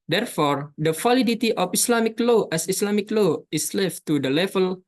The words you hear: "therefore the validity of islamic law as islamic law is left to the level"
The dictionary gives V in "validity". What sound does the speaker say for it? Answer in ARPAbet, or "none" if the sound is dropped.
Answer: F